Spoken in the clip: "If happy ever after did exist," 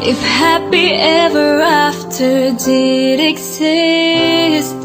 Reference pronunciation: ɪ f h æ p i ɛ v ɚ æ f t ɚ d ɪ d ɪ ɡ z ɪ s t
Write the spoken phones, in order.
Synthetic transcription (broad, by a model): ɪ f h æ p i ɛ v ɚ æ f t ɚ d ɪ d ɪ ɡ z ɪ s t